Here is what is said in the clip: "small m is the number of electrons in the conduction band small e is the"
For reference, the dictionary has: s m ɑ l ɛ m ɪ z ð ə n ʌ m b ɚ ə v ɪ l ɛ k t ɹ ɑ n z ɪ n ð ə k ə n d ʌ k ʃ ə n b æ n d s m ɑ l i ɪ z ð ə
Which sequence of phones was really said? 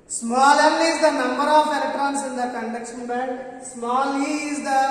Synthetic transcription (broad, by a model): s m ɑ l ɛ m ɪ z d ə n ʌ m b ɚ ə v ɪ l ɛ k t ɹ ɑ n s ɪ n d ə k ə n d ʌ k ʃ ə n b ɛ d s m ɑ l i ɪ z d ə